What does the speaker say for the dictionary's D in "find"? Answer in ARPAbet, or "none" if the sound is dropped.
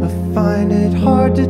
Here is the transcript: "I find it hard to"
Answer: none